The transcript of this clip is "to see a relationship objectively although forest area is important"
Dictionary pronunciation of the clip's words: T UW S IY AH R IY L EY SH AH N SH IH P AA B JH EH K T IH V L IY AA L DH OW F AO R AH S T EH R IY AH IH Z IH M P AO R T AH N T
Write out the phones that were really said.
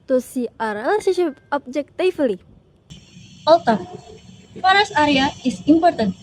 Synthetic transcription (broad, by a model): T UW S IY AH R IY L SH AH SH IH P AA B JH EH K T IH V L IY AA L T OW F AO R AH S AA R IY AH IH S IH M P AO R T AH N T